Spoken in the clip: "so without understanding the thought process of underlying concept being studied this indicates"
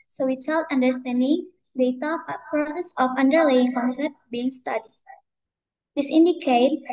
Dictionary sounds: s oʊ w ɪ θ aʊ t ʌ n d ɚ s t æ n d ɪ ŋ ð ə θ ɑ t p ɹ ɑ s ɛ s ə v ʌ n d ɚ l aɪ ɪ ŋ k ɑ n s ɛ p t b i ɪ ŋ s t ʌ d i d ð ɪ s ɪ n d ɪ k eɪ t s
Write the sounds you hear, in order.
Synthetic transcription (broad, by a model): s oʊ w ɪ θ aʊ t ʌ n d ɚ s t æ n d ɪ ŋ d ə t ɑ p ɹ ɑ s ɛ s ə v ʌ n d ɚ l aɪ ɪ ŋ k ɑ n s ɛ p t b i ɪ ŋ s t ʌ d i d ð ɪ s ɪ n d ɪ k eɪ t